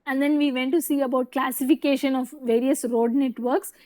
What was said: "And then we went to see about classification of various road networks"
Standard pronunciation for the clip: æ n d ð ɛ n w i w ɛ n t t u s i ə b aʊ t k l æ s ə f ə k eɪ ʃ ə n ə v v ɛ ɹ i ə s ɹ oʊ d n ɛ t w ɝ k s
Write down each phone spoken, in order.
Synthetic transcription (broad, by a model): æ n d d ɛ n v i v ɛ n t t u s i ə b aʊ t k l æ s ə f ə k eɪ ʃ ə n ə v v ɛ ɹ i ə s ɹ oʊ d n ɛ t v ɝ k s